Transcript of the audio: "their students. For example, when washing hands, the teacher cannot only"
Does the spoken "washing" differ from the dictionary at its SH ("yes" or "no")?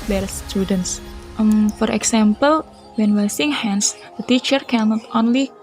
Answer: yes